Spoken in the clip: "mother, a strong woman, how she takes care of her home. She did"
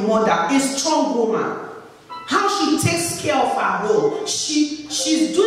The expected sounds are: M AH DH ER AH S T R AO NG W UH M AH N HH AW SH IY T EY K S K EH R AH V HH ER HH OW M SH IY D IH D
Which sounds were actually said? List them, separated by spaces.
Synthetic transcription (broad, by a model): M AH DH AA AH S T R AO NG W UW M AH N HH AW SH IY T EY K S K EH R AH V HH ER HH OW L SH IY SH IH D